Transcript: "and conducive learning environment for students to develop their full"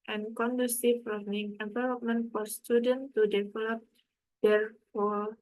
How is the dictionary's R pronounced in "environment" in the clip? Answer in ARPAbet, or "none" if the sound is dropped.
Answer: L